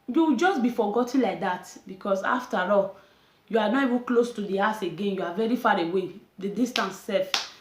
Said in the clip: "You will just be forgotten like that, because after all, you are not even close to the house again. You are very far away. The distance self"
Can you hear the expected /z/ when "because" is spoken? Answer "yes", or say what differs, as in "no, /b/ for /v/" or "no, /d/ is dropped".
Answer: no, /s/ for /z/